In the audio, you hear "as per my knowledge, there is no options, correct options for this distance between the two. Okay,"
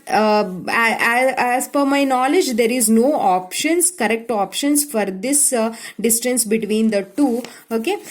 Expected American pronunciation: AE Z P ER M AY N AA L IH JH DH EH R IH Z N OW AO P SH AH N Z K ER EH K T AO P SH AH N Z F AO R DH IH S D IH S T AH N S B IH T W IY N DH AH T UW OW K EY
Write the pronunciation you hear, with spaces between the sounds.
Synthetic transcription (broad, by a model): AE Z F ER M AY N AA L IH JH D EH R IH Z N OW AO P SH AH N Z K ER EH K T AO P SH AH N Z F AO R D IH S D IH S T AH N S B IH T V IY N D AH T UW OW K EY